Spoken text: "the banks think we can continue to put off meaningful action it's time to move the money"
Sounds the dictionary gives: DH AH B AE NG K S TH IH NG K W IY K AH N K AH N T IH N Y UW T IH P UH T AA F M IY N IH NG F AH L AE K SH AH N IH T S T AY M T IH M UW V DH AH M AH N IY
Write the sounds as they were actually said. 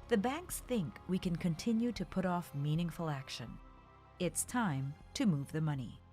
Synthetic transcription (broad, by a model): DH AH B AE NG K S TH IH NG K W IY K AH N K AH N T IH N Y UW T IH P UH T AA F M IY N IH NG F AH L AE K SH AH N IH T S T AY M T IH M UW V DH AH M AH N IY